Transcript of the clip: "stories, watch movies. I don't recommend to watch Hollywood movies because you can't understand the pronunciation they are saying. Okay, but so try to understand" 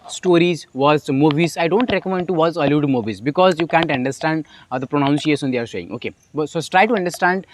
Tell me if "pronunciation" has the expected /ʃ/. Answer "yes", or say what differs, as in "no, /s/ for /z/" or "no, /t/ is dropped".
no, /s/ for /ʃ/